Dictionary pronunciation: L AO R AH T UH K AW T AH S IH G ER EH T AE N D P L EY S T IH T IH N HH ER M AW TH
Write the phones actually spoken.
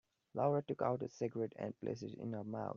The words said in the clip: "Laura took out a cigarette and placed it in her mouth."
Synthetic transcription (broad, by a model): L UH R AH T UH K AW T AH S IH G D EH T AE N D P L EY S IH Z IH N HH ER M AW T